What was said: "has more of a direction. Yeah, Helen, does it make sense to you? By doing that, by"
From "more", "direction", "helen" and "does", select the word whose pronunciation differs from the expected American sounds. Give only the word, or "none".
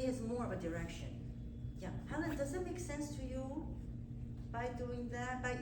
helen